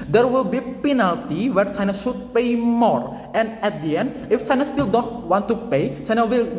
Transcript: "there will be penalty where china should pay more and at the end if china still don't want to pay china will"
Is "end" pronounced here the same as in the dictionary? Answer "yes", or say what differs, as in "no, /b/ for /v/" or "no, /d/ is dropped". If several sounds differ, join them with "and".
no, /d/ is dropped